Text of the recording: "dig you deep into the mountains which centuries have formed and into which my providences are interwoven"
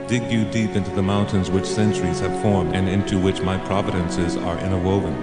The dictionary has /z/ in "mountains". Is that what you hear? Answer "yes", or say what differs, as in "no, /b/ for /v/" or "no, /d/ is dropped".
yes